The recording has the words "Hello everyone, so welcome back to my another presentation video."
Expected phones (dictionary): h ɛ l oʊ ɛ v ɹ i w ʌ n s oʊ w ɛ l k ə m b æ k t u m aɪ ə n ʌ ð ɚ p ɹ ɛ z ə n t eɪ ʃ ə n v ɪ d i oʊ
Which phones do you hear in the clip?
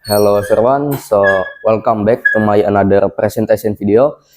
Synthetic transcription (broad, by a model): h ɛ l oʊ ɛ ɹ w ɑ n s oʊ w ɛ l k ə m b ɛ k t u m aɪ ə n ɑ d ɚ p ɹ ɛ s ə n t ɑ s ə n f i d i oʊ